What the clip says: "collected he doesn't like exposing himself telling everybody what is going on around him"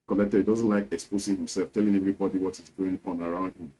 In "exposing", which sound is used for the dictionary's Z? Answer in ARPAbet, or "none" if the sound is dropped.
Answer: S